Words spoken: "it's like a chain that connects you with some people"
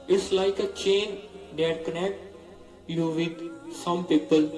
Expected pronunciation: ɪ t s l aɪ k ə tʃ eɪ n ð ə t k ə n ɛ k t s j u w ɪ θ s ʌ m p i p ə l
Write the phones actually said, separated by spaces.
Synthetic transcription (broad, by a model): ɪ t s l aɪ k ə tʃ eɪ n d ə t k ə n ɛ k t j u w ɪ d s ʌ m p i p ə l